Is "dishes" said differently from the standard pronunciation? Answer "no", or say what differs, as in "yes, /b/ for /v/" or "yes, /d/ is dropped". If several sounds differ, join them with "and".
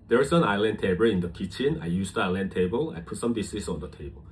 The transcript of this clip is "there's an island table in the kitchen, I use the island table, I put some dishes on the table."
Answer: yes, /s/ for /ʃ/